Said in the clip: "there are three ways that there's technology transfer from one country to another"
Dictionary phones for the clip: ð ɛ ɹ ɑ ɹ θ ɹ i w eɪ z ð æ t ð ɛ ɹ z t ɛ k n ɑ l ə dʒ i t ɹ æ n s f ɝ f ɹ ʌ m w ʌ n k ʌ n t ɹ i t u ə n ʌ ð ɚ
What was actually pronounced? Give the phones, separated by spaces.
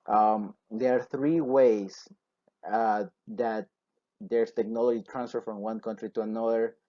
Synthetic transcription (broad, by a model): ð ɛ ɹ ɑ ɹ θ ɹ i w eɪ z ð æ t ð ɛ ɹ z t ɛ k n ɑ l ə dʒ i t ɹ æ n s f ɝ f ɹ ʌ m w ʌ n k ʌ n t ɹ i t u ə n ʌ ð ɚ